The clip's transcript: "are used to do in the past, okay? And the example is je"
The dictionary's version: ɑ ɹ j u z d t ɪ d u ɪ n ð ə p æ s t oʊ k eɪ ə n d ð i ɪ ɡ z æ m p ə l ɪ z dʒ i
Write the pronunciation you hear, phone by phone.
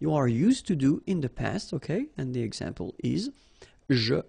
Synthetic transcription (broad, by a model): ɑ ɹ j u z t ɪ d u ɪ n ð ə p æ s t oʊ k eɪ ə n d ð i ɪ ɡ z æ m p ə l ɪ z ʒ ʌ